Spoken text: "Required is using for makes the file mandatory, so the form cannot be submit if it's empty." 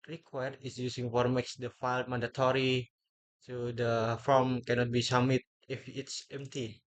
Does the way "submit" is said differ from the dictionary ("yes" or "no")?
yes